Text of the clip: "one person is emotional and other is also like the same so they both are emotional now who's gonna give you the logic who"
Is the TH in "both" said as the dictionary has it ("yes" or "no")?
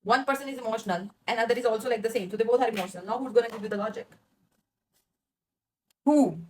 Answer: no